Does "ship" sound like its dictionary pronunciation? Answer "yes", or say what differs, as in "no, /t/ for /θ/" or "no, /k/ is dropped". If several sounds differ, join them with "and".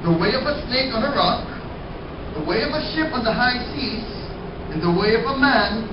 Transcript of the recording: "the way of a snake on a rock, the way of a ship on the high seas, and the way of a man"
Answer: yes